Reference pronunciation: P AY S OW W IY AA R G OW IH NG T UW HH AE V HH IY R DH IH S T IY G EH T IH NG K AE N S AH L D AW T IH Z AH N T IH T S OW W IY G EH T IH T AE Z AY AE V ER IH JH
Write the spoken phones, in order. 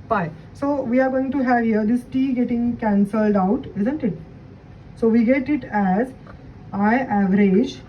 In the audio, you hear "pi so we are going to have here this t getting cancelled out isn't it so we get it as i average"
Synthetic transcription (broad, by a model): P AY S OW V IY AA R G OW IH NG T UW HH AE V HH IY R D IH S T IY G EH T IH NG K AE N S AH L D AW T IH Z AH N T IH T S OW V IY G EH T IH T AE Z AY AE V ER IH JH